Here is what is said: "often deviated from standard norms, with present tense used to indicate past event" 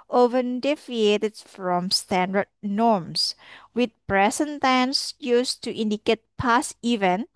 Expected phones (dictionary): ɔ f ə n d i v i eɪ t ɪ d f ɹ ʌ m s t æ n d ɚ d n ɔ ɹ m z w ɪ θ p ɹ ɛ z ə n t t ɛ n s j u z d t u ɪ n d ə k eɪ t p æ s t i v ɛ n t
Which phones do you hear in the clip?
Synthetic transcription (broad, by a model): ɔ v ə n d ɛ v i eɪ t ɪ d f ɹ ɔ m s t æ n d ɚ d n ɔ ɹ m s w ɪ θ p ɹ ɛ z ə n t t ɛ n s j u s t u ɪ n d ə k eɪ t p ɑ s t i v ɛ n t